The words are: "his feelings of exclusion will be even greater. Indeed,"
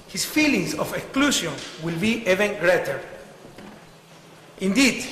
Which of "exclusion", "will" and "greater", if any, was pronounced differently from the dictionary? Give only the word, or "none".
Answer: exclusion